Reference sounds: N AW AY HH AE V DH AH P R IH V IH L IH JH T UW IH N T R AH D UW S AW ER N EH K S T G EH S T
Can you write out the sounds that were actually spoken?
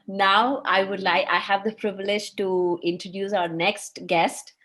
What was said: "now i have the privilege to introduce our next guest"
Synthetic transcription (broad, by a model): N AW AY HH AE V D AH P R IH V IH L IH JH T UW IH N T R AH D UW S AW ER N EH K S T G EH S T